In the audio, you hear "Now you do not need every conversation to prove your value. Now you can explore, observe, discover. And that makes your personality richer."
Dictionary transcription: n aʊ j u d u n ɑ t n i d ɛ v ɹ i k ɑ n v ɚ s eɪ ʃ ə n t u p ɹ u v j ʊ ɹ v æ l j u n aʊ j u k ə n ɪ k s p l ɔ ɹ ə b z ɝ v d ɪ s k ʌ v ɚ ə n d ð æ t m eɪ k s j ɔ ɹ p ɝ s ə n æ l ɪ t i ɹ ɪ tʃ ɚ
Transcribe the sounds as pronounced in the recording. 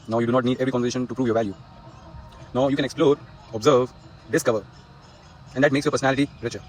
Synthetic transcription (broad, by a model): n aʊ j u d u n ɑ t n i d ɛ v ɹ i k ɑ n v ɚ eɪ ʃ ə n t u p ɹ u v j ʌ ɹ v æ l j u n aʊ j u k ə n ɪ k s p l ɔ ɹ ə b z ɝ v d ɪ s k ʌ v ɚ ə n d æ t m eɪ k s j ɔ p ɝ s ə n æ l ɪ t i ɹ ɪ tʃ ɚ